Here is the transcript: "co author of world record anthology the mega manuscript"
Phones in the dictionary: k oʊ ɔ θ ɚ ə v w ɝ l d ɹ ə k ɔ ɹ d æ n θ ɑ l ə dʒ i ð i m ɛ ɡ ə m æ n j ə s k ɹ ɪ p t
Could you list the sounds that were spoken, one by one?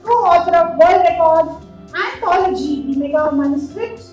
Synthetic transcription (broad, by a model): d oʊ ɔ t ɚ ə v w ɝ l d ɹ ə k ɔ ɹ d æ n t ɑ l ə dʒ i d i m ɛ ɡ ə m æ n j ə s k ɹ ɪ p t